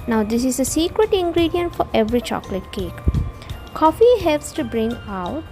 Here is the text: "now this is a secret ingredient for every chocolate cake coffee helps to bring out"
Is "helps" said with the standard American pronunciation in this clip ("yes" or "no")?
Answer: yes